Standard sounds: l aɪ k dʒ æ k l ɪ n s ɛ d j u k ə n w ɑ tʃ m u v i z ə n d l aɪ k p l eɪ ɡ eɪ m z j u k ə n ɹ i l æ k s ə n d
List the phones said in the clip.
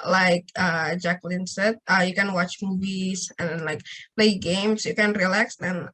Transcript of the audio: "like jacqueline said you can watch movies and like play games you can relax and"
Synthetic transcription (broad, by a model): l aɪ k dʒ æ k l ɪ n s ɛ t j u k ə n w ɑ tʃ m u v i s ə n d l aɪ k p l eɪ ɡ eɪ m s j u k ə n ɹ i l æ k s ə n